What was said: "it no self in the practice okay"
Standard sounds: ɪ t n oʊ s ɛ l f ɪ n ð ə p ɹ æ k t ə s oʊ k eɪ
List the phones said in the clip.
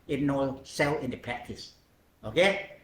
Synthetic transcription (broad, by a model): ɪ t n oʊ s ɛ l ɪ n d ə p ɹ æ k t ə s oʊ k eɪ